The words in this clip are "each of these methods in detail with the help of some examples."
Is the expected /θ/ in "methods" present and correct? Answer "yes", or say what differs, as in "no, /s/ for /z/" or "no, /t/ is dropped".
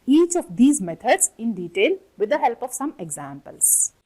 no, /t/ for /θ/